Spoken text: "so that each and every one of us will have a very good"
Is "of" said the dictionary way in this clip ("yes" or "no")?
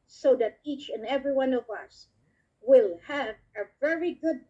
yes